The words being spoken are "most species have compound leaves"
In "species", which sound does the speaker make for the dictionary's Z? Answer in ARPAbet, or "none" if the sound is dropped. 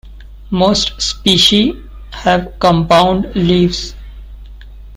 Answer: none